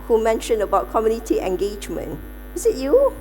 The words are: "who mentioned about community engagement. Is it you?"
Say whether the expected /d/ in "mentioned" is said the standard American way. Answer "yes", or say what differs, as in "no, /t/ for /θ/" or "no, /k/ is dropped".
no, /d/ is dropped